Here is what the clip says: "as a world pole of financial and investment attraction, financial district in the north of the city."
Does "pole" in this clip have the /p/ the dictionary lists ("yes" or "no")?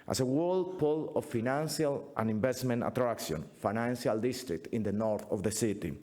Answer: yes